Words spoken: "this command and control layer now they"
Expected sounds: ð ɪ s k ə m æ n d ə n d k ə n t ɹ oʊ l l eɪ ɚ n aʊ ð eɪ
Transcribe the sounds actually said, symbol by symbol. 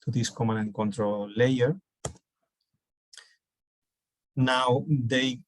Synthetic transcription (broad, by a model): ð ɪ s k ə m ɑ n ə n k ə n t ɹ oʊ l l eɪ ɚ n aʊ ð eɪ